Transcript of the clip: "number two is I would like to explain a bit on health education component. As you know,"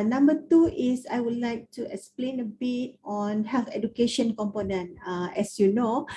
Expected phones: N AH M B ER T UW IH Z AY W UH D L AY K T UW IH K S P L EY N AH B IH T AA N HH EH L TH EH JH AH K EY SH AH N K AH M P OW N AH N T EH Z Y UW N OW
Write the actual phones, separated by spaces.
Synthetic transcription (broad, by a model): N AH M B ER T UW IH S AY W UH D L AY K T UW IH K S P L EY N AH B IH T AA N HH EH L F EH JH AH K EY SH AH N K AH M P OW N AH N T EH S Y UW N OW